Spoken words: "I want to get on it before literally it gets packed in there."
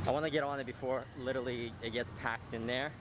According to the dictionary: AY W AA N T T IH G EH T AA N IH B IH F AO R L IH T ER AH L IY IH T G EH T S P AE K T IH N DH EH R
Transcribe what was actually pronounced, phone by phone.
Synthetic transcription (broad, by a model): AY W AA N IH G EH T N IH B IH F AO R L IH T ER L IY IH T G EH T S P AE K T IH N DH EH R